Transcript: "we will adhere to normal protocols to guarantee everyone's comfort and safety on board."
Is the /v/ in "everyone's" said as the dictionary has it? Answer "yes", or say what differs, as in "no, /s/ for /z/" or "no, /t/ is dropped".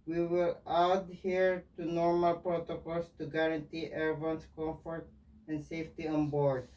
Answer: no, /v/ is dropped